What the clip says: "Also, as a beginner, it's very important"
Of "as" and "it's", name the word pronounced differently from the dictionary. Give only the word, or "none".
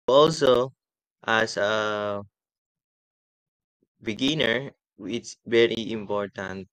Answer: as